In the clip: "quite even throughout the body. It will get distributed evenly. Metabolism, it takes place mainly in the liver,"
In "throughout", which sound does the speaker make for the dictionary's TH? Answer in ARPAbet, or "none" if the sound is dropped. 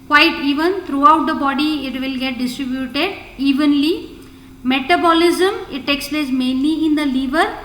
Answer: T